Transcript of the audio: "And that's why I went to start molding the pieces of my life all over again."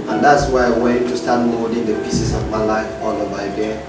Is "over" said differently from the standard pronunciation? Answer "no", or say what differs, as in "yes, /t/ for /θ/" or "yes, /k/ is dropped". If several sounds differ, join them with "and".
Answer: yes, /b/ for /v/